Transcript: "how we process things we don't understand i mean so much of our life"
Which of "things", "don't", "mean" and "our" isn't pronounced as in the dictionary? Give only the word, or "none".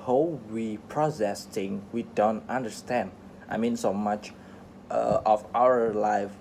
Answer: things